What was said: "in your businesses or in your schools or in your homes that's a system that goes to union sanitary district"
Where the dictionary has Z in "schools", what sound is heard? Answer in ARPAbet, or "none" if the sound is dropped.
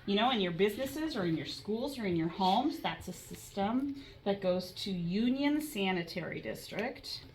Z